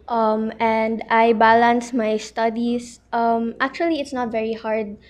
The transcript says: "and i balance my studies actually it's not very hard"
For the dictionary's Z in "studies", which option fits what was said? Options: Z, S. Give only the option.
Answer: S